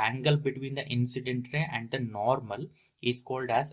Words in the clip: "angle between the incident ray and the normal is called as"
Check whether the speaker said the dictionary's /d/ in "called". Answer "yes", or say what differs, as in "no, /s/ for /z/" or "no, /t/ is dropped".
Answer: yes